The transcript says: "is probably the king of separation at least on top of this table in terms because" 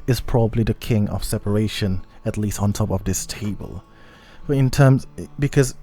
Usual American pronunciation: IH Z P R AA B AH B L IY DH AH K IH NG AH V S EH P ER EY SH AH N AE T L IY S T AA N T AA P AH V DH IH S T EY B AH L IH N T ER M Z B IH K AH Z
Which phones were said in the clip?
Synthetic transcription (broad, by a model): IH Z P R AA B AH B L IY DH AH K IH NG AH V S EH P ER EY SH AH N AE T L IY S T N T AA P AH V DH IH S T EY B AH L IH N T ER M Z B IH K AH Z